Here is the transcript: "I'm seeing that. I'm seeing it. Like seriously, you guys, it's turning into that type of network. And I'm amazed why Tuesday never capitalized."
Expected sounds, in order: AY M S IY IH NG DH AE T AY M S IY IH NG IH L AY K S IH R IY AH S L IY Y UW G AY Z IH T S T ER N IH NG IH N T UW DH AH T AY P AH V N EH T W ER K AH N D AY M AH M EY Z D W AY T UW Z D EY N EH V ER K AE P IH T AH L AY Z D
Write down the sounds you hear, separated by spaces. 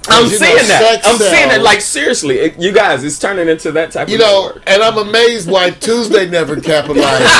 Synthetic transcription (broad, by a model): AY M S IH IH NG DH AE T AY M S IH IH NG IH L AY K S IH R IY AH S L IY Y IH G AY Z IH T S T ER N IH NG IH N T UW DH AH T AY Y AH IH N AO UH AH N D AY M AH M EY Z D W AY T UW Z D EY N EH V ER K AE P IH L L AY